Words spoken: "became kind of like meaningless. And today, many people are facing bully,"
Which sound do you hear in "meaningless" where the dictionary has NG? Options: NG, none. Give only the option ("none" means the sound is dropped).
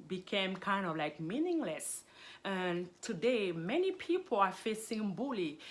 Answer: NG